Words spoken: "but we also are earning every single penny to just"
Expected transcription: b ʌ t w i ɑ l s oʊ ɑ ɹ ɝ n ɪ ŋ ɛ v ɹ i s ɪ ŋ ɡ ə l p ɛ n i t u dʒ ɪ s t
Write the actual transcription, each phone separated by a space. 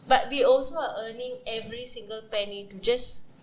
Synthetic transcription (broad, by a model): b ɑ t w i ɑ l s oʊ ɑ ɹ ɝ n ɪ ŋ ɛ v ɹ i s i ŋ ɡ ə l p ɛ n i t u dʒ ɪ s